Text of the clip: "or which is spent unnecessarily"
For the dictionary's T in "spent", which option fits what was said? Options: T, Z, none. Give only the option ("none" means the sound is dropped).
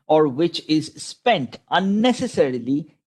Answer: T